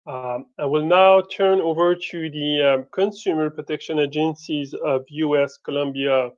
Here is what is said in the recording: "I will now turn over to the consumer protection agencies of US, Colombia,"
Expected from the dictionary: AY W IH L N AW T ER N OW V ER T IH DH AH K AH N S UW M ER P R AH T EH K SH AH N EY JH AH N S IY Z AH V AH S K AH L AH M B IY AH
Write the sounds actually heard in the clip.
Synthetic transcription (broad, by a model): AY W IH L N AW T ER N OW V ER T IH DH AH K AH N S UW M ER P R AH T EH K SH AH N EY JH AH N S IY Z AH V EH S K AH L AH M B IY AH